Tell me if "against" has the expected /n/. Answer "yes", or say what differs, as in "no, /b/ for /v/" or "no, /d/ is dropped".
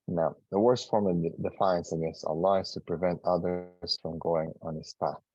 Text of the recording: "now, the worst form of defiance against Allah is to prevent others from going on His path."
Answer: no, /n/ is dropped